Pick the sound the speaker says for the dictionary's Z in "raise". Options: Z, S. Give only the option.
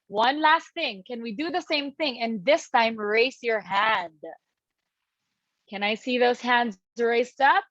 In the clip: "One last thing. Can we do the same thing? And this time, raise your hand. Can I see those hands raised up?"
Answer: S